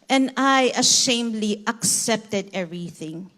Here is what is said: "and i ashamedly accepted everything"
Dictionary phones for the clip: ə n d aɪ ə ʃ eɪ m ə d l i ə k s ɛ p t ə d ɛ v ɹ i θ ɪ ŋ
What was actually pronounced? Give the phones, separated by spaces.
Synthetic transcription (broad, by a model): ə n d aɪ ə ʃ eɪ m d l i ə k s ɛ p t ə d ɛ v ɹ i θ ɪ ŋ